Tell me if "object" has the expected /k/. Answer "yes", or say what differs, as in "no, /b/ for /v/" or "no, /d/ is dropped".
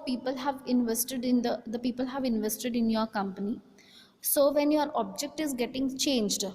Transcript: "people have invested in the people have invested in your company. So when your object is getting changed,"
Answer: yes